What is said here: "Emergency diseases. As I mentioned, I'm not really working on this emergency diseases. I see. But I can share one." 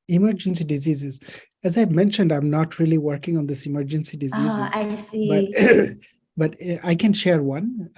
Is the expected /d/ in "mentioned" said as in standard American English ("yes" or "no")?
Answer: yes